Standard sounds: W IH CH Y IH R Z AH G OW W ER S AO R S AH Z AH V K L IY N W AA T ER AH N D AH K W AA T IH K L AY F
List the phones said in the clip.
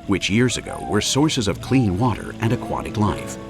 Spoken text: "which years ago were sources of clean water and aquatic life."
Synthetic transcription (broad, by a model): W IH CH Y IH R Z AH G OW W ER S AO R S AH Z AH V K L IY N W AA T ER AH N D AH K W AA T IH K L AY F